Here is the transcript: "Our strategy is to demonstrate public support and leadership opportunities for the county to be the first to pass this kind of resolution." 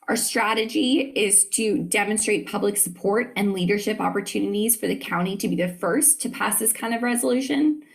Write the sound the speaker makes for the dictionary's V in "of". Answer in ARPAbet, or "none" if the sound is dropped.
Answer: V